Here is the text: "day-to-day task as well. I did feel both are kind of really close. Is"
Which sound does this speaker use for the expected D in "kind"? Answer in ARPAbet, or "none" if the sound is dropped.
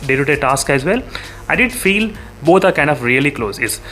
D